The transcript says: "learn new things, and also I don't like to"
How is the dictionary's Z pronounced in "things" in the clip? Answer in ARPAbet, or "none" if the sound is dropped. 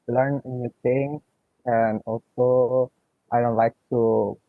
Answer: none